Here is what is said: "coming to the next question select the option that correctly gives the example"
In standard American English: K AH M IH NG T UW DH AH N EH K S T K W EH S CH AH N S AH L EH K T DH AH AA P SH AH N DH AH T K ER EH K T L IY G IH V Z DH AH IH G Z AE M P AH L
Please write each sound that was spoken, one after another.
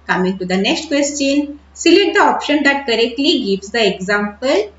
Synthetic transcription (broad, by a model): K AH M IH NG T UW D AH N EH K S T K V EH S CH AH N S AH L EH T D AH AA P SH AH N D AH T K ER EH K T L IY G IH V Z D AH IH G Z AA M P AH L